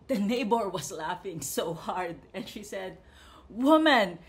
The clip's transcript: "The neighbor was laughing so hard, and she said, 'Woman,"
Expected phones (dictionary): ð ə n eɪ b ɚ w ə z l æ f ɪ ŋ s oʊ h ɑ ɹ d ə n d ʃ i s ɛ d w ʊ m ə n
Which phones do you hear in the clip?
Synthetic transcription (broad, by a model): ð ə n eɪ b ɚ w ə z l æ f ɪ ŋ s oʊ h ɑ ɹ d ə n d ʃ i s ɛ d w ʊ m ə n